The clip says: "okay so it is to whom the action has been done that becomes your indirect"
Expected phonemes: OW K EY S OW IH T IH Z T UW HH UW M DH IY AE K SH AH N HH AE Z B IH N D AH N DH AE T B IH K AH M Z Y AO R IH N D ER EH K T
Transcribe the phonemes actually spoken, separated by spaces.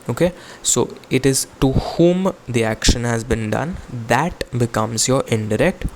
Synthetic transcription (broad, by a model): OW K EY S OW IH T IH Z T UW HH UW M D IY AE K SH AH N HH AE Z B IH N D AH N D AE T B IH K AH M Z Y AO R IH N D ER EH K T